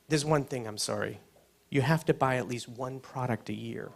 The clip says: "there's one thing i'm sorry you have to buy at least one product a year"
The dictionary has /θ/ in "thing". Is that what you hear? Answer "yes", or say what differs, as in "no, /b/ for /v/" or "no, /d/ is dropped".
yes